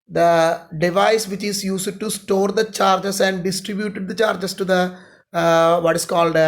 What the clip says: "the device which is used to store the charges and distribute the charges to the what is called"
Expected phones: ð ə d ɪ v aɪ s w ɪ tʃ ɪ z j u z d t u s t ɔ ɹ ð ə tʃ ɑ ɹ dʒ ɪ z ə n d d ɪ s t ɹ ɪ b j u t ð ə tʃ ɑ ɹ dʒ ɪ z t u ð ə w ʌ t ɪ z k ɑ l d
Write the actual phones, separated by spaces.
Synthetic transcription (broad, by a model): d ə d ɪ v aɪ s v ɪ tʃ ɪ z j u s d t u s t ɔ ɹ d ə tʃ ɑ ɹ dʒ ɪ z ə n d d ɪ s t ɹ ɪ b j u t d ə tʃ ɑ ɹ dʒ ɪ s t u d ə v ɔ t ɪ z k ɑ l d